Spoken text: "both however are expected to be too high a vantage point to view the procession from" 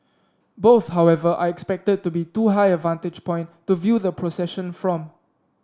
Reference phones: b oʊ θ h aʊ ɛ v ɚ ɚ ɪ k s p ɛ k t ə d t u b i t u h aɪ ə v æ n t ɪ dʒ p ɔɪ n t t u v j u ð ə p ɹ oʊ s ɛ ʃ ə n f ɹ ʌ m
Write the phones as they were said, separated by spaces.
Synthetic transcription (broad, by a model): b oʊ θ h aʊ ɛ v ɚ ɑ ɪ k s p ɛ k t ə d t u b i t u h aɪ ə v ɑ n t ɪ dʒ p ɔɪ n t t u v j u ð ə p ɹ oʊ s ɛ ʃ ə n f ɹ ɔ m